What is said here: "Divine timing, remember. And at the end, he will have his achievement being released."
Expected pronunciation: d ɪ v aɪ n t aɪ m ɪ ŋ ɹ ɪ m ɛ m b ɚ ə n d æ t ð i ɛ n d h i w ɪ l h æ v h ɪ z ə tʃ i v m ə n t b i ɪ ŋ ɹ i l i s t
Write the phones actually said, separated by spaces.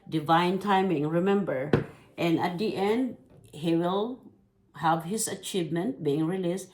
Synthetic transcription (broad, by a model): d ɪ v aɪ n t aɪ m ɪ ŋ ɹ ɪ m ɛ m b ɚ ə n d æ t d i ɛ n d h i w ɪ l h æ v h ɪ s ə tʃ i v m ə n t b i ɪ ŋ ɹ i l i s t